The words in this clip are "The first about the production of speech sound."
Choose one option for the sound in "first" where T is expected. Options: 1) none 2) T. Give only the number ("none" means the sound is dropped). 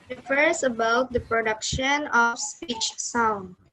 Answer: 1